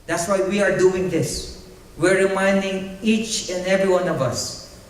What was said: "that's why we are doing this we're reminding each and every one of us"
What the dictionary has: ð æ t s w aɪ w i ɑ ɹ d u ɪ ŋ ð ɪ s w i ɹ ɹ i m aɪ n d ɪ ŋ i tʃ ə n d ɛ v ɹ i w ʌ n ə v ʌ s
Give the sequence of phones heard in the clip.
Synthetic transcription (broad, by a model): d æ t s w aɪ w i ɑ ɹ d u ɪ ŋ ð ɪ s w i ɹ ɹ i m aɪ n d ɪ ŋ i tʃ ə n d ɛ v ɹ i w ʌ n ə v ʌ s